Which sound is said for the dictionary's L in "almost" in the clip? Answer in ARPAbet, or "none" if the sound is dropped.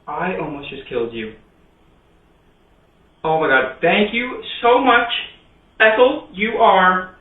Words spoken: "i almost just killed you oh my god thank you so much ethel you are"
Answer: N